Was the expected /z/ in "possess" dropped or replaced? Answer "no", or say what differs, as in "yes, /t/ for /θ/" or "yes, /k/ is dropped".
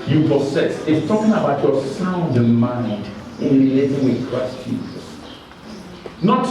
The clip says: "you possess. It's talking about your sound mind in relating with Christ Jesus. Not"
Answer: yes, /s/ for /z/